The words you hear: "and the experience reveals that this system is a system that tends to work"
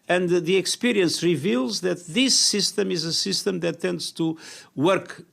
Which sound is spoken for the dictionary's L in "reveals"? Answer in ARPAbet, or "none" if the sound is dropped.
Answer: L